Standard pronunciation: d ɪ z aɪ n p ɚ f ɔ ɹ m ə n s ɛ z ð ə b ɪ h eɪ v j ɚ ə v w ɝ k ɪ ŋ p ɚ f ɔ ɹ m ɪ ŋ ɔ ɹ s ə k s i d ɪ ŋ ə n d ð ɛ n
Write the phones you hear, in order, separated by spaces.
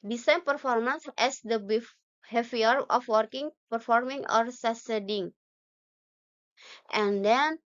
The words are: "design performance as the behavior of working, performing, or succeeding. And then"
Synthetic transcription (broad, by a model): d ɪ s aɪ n p ɚ f ɔ ɹ m ə n s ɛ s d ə b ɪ h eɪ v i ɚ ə f w ɝ k ɪ ŋ p ɚ f ɔ ɹ m ɪ ŋ ɔ ɹ s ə s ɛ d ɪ ŋ ə n d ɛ n